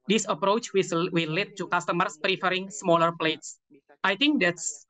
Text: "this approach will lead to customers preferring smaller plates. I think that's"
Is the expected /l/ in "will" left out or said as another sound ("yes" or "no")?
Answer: yes